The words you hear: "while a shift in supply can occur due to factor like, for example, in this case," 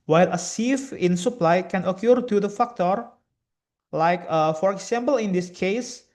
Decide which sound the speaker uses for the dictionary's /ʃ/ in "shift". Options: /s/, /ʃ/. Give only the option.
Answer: /s/